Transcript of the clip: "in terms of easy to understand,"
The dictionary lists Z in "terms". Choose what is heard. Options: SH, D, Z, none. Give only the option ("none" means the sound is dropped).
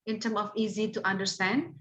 none